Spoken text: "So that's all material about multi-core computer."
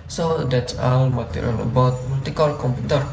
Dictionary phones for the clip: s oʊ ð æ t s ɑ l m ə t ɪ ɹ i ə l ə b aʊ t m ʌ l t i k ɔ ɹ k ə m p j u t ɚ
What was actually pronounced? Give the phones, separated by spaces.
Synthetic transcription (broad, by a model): s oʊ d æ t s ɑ n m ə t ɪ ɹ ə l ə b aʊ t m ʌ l t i k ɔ l k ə m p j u t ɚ